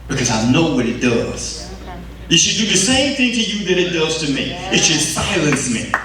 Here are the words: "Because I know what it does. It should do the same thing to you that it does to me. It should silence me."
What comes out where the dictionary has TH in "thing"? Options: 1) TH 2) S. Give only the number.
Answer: 1